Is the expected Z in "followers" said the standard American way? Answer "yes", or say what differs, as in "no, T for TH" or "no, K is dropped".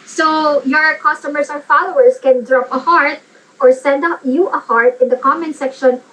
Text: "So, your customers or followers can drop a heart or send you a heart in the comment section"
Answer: no, S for Z